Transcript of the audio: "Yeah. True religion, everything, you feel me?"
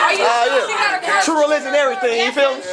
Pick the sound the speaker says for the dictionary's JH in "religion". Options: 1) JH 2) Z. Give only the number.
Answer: 2